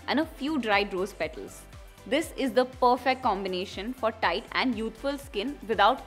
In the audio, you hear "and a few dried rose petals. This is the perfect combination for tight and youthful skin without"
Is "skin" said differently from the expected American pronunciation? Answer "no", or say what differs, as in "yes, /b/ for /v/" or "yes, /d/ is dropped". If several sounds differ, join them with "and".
no